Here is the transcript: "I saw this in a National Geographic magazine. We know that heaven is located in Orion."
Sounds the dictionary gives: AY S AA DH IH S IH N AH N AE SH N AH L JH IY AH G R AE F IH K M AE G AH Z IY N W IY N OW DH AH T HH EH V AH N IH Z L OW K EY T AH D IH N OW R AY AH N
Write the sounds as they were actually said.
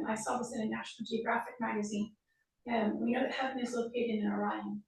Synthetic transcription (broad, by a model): AY S AA DH IH S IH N AH N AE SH N L JH IY AH G R AE F IH K M AE G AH Z IY N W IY N OW DH AH T HH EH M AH IH Z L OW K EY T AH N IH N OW R AY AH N